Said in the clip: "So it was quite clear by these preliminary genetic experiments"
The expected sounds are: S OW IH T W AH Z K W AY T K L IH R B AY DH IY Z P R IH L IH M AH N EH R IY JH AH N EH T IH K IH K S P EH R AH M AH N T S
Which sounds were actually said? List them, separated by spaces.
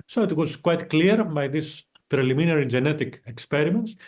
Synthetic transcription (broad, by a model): S OW IH T W AH Z K W AY T K L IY R B AY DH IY S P R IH L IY M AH N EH R IY JH AH N EH T IH K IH K S P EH R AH M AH N T S